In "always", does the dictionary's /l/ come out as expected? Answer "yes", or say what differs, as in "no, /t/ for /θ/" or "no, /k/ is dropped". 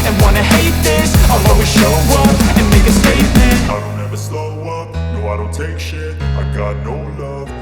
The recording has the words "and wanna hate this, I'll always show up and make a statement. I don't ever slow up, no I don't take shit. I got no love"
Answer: no, /l/ is dropped